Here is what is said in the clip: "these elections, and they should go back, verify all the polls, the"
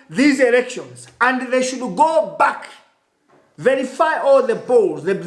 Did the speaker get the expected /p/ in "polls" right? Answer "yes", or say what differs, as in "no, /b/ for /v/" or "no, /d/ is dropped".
no, /b/ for /p/